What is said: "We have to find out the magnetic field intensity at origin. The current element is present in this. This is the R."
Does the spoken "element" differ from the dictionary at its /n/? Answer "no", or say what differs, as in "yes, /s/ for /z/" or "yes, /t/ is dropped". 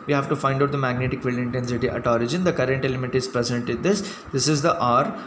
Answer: yes, /n/ is dropped